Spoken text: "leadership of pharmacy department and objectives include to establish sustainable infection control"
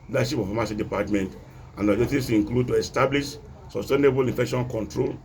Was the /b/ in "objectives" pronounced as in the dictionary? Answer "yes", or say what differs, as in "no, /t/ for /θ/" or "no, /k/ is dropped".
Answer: no, /b/ is dropped